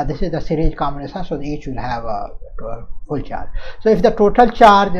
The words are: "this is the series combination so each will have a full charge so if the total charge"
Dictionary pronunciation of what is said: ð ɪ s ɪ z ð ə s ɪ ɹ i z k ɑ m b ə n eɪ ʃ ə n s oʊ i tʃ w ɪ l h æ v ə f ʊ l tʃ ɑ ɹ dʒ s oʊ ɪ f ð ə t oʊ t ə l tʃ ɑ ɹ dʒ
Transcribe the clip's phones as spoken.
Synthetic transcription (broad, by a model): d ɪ s ɪ z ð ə s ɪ ɹ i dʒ k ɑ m ə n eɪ s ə s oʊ i tʃ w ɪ l h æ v ə f ʊ l tʃ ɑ ɹ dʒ s oʊ ɪ f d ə t oʊ t ə l tʃ ɑ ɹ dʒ